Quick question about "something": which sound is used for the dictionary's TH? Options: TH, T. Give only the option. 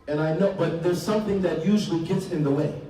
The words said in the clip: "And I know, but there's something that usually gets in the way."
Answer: TH